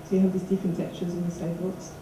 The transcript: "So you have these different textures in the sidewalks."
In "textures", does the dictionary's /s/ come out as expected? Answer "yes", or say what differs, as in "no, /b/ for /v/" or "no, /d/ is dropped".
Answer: no, /s/ is dropped